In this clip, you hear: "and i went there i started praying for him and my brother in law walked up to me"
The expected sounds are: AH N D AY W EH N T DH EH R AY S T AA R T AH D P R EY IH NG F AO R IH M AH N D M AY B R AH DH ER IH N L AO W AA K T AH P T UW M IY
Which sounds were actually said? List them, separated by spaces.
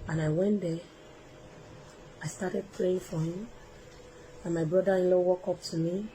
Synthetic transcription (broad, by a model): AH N AY W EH N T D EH AY S T AA T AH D P R EY IH NG F AO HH IH M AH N M AY B R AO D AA IH N L AO W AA K AO P T UW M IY